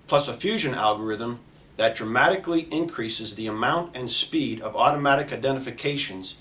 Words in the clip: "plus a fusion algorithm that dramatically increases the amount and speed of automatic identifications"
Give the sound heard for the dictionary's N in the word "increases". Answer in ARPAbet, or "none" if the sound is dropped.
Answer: N